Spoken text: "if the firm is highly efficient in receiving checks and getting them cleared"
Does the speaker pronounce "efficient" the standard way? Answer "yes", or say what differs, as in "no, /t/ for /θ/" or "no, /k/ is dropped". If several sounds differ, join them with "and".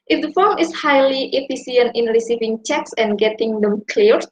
no, /s/ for /ʃ/